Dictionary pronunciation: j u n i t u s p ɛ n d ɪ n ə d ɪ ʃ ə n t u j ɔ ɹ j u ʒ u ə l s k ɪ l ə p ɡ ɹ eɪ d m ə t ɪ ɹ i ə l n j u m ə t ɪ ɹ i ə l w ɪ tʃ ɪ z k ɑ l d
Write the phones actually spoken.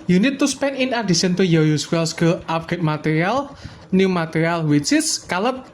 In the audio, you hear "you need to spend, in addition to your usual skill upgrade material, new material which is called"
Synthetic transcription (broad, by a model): j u n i t u s p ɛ n ɪ n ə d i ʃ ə n t u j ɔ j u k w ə l s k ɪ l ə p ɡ eɪ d m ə t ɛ ɹ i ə l n j u m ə t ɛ ɹ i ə l w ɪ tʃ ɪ s k ɑ l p